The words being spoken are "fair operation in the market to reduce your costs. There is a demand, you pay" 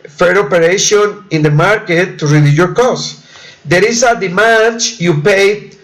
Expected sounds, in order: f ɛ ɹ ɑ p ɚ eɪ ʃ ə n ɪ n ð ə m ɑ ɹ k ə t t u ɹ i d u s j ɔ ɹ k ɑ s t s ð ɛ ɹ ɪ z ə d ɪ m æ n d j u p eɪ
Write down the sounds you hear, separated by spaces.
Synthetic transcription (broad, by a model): f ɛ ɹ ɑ p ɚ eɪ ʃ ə n ɪ n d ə m ɑ ɹ k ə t t u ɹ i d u j ɔ ɹ k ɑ s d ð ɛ ɹ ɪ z ə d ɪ m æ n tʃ j u p eɪ